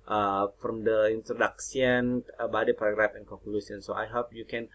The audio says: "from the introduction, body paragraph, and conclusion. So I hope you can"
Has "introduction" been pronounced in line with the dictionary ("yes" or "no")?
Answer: no